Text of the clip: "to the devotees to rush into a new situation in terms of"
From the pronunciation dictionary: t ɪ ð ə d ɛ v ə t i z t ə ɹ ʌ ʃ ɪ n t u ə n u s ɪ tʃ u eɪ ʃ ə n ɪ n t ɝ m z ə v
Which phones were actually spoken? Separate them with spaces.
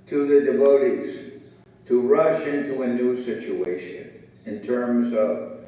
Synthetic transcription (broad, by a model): t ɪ ð ə d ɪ v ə t i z t ə ɹ ʌ ʃ ɪ n t u ə n u s ɪ tʃ u eɪ ʃ ə n ɪ n t ɝ m z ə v